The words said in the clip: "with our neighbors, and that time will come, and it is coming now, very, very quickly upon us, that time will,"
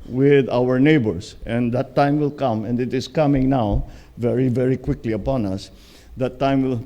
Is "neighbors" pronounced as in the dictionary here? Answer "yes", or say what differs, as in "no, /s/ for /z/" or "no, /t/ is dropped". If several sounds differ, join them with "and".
no, /s/ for /z/